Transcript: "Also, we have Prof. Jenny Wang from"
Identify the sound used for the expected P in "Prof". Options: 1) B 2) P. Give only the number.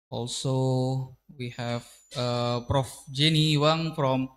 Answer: 2